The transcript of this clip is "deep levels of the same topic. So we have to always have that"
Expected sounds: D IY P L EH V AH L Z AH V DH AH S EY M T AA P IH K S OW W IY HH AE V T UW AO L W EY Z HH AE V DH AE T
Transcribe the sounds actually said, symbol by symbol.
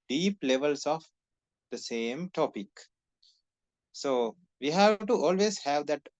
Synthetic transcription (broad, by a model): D IY P L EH V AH L S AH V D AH S EY M T AA P IH K S OW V IY HH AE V T UW AO L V EY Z HH AE V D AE T